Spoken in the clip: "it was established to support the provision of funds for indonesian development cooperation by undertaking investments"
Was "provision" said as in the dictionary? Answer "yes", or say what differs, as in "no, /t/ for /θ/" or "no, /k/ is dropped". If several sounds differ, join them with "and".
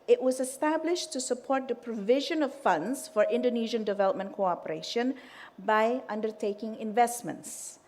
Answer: yes